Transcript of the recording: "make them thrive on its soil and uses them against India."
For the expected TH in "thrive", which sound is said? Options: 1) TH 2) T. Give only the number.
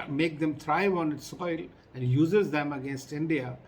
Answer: 2